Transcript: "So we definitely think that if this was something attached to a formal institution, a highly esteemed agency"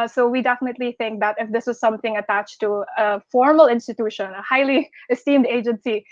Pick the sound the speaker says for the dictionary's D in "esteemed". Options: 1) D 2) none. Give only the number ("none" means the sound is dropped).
1